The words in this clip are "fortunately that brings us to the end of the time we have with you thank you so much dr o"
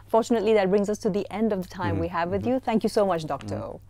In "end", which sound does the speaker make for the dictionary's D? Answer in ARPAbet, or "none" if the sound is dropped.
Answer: D